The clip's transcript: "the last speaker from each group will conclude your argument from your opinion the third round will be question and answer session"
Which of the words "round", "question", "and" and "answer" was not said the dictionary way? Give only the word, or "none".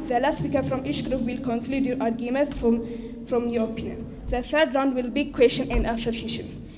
answer